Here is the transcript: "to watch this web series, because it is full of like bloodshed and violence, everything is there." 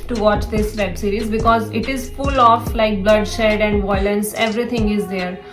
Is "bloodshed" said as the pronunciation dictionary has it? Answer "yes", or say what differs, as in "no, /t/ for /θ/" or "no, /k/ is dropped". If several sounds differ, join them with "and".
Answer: yes